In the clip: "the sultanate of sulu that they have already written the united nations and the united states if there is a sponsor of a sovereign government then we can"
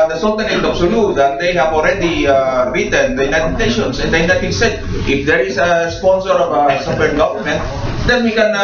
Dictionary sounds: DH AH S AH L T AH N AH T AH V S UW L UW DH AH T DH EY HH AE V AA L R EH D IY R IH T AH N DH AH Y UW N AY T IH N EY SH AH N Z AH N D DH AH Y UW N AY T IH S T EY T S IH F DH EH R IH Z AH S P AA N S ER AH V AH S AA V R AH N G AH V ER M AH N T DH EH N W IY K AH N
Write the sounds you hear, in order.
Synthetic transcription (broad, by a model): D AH S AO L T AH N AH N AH B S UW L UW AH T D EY HH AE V AA L R EH D IY R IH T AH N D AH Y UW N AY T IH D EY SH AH N S AH N D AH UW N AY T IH S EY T IH F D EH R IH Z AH S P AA N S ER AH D AH S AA P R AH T G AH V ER M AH N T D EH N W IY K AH N